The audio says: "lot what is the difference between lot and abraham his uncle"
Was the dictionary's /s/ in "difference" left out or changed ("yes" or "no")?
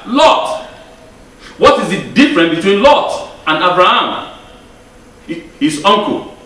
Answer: yes